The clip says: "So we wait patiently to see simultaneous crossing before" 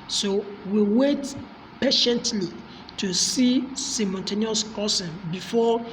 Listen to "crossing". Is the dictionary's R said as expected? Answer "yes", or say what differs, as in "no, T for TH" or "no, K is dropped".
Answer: no, R is dropped